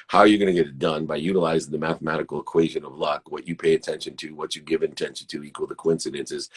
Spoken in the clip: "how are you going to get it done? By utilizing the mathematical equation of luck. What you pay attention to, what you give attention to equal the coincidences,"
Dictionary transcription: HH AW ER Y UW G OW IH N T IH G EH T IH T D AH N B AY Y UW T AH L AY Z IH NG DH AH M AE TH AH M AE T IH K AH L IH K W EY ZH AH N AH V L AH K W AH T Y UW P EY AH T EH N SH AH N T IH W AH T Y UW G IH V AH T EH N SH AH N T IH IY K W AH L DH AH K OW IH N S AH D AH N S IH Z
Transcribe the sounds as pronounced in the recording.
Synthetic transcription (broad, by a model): HH AW ER Y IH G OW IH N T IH G EH T IH T D AH N B AY Y UW T AH L AY Z IH NG DH AH M AE TH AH M AE T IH K L IH K W EY ZH AH N AH V L AH K W AH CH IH P EY AH T EH N SH AH N T IH W AH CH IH G IH V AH T EH N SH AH N T IH IY K W AH L DH AH K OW IH N S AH D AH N S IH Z